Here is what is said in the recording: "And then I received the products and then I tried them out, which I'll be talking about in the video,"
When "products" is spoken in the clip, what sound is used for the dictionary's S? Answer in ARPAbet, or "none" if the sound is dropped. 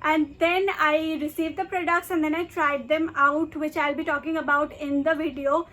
SH